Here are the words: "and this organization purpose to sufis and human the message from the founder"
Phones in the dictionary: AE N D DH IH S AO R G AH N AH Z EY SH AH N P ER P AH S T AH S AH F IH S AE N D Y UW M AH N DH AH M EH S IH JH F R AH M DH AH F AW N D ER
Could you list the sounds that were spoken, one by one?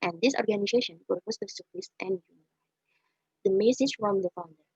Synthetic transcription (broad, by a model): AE N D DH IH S AO R G AH N AH Z EY SH AH N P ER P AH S T AH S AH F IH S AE N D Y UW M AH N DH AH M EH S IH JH F R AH M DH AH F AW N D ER